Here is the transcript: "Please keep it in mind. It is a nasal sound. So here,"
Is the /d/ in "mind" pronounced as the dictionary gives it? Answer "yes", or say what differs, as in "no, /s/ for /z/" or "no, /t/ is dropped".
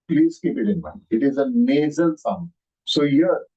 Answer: no, /d/ is dropped